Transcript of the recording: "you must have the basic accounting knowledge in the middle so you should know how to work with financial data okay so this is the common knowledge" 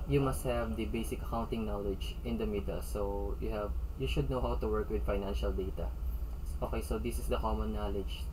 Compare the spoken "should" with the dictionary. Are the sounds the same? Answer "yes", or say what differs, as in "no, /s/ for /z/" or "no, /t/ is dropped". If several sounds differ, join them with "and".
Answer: yes